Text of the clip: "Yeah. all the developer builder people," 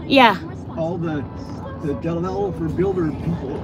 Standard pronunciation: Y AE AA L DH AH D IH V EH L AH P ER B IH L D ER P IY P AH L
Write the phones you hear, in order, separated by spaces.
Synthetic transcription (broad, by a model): Y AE AA L DH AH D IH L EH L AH F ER B IH L D ER P IY P L